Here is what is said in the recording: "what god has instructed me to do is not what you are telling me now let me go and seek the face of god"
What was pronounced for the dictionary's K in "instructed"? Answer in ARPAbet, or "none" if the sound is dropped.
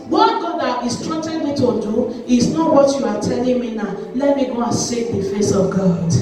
none